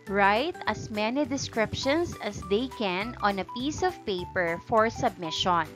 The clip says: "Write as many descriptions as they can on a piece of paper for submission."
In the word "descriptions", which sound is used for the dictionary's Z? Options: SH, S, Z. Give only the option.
S